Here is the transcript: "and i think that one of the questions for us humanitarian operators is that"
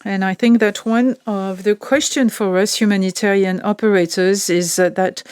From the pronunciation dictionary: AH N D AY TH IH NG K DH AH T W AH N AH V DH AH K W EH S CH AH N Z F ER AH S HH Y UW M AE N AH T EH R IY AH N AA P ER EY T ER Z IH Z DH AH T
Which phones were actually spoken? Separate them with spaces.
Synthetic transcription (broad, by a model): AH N AY TH IH NG K DH AH T W AH N AH V DH AH K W EH S CH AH N F ER AH S HH Y UW M AE N AH T EH R IY AH N AA P ER EY T ER Z IH Z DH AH T